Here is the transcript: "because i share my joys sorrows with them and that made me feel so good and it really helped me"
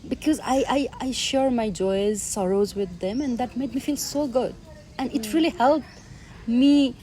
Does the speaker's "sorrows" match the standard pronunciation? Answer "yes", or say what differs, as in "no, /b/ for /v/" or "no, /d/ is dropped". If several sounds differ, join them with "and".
yes